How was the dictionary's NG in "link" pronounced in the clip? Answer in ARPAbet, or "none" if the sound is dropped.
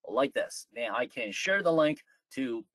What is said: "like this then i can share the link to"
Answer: NG